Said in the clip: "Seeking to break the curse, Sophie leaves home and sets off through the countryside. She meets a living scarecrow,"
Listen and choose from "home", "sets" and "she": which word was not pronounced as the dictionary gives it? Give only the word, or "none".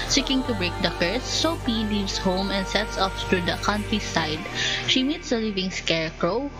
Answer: none